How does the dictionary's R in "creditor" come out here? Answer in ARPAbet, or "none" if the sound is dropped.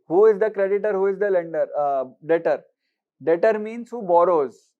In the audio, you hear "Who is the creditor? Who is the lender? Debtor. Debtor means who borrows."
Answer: R